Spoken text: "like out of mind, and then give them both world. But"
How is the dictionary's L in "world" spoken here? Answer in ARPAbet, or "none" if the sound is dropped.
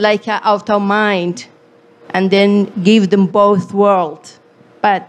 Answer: L